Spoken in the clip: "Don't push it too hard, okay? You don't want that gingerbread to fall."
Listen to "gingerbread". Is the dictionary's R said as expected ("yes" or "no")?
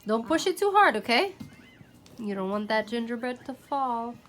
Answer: no